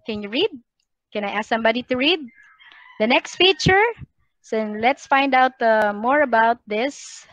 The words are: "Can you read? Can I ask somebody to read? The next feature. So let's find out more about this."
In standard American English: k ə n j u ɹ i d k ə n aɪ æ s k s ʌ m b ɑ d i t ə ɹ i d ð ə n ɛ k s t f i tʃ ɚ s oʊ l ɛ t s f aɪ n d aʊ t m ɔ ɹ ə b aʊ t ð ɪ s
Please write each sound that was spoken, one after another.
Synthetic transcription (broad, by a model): k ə n j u ɹ i d k ə n aɪ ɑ s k s ʌ m b ɑ d i t ə ɹ i d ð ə n ɛ k s t f i tʃ ɚ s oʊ l ɛ t s f aɪ n d aʊ t m ɔ ɹ ə b aʊ t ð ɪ s